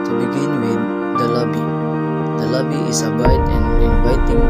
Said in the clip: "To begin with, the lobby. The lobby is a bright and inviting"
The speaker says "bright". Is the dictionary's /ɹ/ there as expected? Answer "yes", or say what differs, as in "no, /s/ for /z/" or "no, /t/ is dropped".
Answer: no, /ɹ/ is dropped